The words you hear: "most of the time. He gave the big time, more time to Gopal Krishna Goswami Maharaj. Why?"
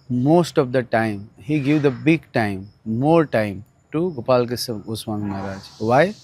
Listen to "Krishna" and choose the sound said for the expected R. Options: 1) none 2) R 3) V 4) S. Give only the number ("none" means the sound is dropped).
1